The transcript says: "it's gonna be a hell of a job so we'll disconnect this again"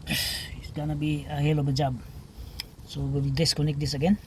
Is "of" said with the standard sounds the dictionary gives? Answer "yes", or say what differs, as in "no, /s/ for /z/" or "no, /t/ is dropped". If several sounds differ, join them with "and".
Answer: no, /b/ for /v/